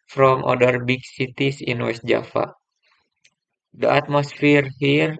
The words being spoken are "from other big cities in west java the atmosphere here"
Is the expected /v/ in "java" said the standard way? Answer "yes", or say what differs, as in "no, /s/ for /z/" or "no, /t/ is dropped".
no, /f/ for /v/